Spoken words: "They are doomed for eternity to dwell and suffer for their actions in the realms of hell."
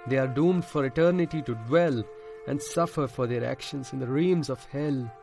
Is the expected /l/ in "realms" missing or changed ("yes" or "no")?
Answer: yes